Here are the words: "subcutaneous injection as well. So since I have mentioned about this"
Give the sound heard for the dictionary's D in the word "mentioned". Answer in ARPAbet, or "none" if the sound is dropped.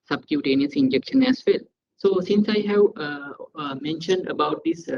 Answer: D